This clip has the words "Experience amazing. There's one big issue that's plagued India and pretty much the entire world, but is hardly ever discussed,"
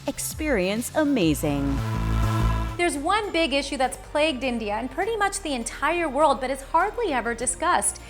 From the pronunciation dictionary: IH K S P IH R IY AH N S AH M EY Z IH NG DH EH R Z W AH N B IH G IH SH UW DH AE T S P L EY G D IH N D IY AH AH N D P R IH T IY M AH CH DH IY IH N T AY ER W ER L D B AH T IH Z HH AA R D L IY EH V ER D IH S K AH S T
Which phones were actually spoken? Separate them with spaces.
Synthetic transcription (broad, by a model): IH K S P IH R IY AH N S AH M EY Z IH NG DH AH R Z W AH N B IH G IH SH UW DH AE T S P L EY G D IH N D IY AH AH N P R IH T IY M AH CH DH IY IH N T AY ER W ER L D B AH T IH Z HH AA R D L IY EH V ER D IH S K AH S T